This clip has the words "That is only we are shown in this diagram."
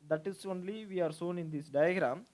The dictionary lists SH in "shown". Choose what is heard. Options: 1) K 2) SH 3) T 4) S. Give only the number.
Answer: 4